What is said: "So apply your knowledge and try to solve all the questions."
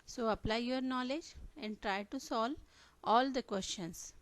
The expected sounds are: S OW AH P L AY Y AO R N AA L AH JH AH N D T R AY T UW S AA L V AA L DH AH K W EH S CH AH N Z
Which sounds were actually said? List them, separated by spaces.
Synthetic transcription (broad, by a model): S OW AH P L AY Y AO R N AA L AH JH AH N D T R AY T UW S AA L AA L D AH K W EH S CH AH N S